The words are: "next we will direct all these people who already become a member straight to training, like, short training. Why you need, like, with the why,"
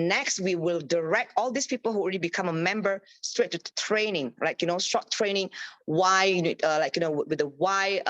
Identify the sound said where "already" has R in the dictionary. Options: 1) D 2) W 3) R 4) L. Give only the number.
3